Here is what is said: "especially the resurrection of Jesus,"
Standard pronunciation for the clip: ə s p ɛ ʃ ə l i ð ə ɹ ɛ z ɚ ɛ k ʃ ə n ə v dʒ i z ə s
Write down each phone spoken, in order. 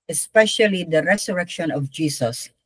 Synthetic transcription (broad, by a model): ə s p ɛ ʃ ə l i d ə ɹ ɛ s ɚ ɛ k ʃ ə n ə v dʒ i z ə s